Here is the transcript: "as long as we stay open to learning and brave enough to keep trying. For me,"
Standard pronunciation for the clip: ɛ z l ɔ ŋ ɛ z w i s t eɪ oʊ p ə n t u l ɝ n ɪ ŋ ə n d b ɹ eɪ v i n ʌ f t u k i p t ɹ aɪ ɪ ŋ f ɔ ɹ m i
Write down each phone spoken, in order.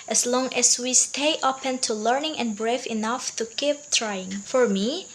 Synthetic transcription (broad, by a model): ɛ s l ɔ ŋ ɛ s w i s t eɪ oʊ p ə n t u l ɝ n ɪ ŋ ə n b ɹ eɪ f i n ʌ f t u k i p t ɹ aɪ ɪ ŋ f ɔ ɹ m i